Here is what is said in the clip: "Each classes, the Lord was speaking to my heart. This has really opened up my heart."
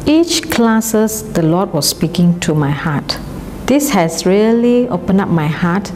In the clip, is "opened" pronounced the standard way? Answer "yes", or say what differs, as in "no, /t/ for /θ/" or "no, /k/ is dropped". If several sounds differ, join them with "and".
no, /d/ is dropped